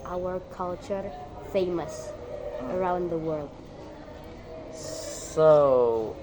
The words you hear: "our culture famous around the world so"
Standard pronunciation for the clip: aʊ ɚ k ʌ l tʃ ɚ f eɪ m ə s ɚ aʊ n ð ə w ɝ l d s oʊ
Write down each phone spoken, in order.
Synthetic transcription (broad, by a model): aʊ ɚ k ʌ l tʃ ɚ f eɪ m ə s ɚ aʊ n ð ə w ɝ l d s oʊ